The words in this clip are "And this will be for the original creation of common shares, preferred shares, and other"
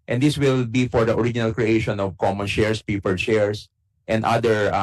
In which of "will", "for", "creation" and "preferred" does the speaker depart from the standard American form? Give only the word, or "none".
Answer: preferred